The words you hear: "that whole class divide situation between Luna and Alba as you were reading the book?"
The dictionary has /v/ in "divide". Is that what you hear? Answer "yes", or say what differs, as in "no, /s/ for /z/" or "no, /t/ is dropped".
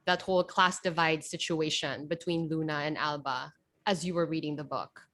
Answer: yes